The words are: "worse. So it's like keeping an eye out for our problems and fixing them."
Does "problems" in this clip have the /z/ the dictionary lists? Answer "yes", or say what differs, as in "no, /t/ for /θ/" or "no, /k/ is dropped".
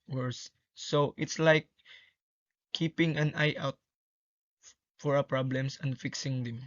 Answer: no, /s/ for /z/